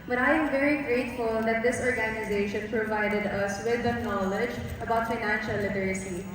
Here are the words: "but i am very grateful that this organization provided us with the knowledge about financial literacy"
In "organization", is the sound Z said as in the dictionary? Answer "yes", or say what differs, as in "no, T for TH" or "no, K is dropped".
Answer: yes